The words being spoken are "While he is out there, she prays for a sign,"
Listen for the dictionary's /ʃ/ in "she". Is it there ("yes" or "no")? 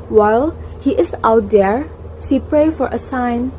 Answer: no